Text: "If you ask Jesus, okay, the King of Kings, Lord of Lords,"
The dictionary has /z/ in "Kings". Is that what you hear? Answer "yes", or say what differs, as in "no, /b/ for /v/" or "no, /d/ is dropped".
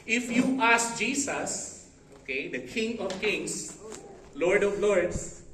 no, /s/ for /z/